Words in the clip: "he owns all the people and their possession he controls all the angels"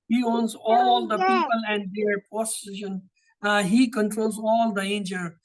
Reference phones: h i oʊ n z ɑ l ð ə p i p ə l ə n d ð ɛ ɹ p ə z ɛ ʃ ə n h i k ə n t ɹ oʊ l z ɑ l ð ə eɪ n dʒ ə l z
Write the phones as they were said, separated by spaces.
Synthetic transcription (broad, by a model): h i oʊ n z ɑ l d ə p i p ə l ə n d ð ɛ ɹ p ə s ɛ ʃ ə n h i k ə n t ɹ oʊ l z ɑ l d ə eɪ n dʒ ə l